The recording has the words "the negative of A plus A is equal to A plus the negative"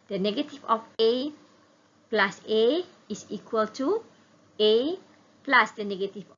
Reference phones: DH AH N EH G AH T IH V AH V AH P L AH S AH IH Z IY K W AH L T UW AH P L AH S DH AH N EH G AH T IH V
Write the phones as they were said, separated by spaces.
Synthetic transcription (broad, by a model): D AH N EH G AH T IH F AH F AH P L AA S AH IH S IY K W AH L T UW AH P L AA S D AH N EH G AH T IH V